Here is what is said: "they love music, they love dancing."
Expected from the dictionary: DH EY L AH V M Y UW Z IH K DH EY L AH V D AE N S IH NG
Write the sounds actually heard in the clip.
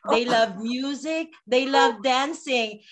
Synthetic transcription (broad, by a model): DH EY L AH V M Y UW Z IH K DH EY L AH V D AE N S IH NG